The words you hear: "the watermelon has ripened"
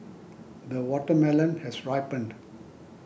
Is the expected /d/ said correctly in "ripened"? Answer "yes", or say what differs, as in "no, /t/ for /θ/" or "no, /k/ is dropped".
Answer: yes